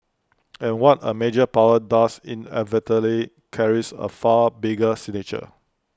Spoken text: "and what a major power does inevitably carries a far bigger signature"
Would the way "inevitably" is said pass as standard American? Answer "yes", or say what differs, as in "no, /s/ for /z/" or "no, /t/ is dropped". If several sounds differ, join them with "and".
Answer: no, /b/ is dropped